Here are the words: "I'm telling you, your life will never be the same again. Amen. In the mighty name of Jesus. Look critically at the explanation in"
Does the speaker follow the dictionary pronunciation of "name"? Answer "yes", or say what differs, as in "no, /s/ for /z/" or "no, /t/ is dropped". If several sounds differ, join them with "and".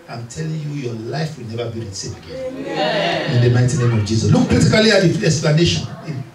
yes